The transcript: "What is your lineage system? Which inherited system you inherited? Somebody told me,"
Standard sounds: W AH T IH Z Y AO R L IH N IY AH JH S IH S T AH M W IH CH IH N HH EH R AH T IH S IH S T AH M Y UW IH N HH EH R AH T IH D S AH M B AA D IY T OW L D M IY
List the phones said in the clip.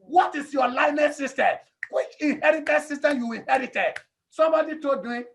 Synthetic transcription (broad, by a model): W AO T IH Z Y AO L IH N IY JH S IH S T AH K W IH CH IH N HH EH R AH T IH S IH S T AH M Y UW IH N HH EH R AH T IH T S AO M B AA D IY T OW D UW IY